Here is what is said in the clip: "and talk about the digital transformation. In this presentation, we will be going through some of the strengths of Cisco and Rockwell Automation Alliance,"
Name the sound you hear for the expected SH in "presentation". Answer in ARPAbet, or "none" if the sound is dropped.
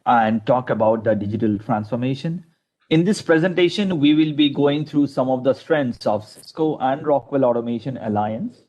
SH